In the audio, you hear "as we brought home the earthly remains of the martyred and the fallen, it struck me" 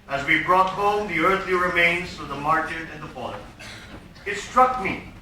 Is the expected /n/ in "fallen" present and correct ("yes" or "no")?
no